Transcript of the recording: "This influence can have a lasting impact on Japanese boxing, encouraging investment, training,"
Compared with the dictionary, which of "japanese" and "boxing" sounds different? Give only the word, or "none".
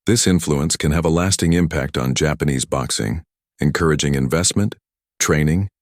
none